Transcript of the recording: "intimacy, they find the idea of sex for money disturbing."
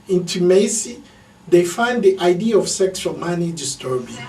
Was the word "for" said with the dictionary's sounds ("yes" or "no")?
no